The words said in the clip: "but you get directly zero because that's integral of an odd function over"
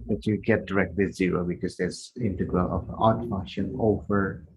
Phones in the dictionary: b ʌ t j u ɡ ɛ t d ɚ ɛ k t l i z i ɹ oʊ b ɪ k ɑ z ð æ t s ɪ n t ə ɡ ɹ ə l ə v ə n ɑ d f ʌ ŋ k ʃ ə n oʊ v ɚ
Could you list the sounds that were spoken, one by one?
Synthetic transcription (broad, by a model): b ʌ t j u ɡ ɛ t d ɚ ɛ k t w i z i ɹ oʊ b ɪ k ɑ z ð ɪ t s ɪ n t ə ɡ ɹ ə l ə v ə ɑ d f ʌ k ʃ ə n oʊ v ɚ